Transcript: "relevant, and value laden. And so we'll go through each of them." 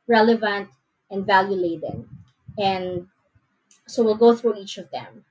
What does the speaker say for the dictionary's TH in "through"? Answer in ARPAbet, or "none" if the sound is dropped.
TH